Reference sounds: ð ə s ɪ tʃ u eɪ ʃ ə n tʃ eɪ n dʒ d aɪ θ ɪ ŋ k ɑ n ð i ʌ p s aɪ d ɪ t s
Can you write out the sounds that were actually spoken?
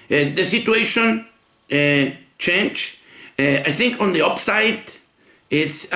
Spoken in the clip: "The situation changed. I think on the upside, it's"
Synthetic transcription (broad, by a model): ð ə s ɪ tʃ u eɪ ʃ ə n tʃ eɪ n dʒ aɪ θ ɪ ŋ k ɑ n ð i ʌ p s aɪ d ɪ t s